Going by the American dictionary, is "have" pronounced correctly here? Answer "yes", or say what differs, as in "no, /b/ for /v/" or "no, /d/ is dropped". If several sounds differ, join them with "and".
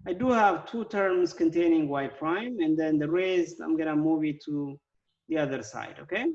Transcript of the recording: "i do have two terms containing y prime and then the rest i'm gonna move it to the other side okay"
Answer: yes